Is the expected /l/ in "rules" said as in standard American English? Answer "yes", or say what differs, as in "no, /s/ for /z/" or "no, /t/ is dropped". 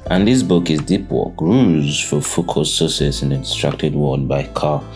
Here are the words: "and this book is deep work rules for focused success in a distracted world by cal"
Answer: no, /l/ is dropped